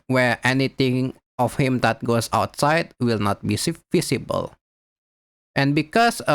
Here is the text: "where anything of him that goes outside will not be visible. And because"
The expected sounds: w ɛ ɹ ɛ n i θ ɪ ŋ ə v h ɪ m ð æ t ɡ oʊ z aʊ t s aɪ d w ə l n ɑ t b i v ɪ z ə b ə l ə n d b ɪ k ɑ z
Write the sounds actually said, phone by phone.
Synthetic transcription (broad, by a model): w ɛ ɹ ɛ n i t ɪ ŋ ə f h ɪ m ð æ t ɡ oʊ s aʊ t s aɪ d w ə l n ɑ t b i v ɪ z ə b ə l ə n b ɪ k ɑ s